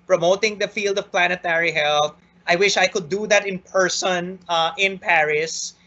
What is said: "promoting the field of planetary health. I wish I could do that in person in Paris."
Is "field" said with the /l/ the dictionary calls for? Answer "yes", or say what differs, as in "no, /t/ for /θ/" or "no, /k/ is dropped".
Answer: yes